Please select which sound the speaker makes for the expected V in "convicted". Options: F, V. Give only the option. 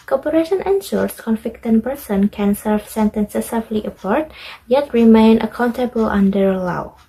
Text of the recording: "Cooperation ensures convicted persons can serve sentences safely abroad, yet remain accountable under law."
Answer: F